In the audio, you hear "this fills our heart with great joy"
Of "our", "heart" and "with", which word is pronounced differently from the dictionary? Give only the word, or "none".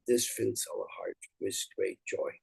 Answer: our